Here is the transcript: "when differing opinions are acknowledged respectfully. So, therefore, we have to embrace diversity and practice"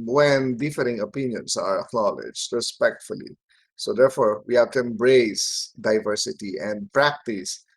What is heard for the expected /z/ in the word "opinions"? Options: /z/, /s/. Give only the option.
/s/